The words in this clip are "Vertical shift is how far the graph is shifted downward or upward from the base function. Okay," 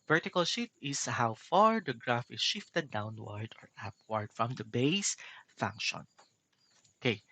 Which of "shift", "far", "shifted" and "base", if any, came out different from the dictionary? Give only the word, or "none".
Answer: shift